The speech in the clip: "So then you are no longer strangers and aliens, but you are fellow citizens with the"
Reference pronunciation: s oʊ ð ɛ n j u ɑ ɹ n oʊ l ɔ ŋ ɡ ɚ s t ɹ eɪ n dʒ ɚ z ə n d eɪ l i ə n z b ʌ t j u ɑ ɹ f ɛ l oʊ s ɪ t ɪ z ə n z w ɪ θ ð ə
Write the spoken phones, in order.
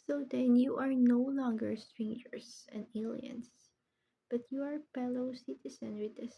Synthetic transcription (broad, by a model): s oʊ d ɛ n j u ɑ ɹ n oʊ l ɔ ŋ ɡ ɚ s t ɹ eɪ n dʒ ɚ s ə n d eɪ l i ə n s b ʌ t j u ɑ ɹ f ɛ l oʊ s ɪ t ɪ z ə n w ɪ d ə